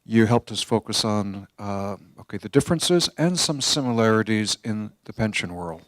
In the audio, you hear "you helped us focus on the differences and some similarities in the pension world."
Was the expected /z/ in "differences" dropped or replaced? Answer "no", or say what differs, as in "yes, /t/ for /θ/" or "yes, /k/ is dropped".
no